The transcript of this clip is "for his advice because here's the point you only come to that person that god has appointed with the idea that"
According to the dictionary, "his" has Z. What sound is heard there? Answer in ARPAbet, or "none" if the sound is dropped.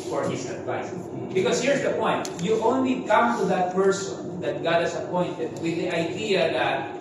S